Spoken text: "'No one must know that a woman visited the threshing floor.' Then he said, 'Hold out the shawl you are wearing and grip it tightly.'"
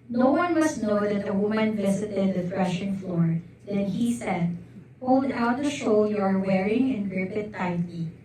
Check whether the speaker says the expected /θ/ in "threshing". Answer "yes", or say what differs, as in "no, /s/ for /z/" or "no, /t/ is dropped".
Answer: no, /f/ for /θ/